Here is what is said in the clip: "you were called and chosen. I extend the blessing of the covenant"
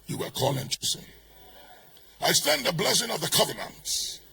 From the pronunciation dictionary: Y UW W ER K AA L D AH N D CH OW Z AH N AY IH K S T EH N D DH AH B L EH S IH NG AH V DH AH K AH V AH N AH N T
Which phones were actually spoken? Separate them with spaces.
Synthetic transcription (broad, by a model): Y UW W ER K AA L AH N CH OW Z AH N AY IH S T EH N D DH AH B L EH S IH NG AH V DH AH K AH V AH N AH N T